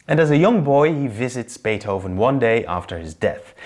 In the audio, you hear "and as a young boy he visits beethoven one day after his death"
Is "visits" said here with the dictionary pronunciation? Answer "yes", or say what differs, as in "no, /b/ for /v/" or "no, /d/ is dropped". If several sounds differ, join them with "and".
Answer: yes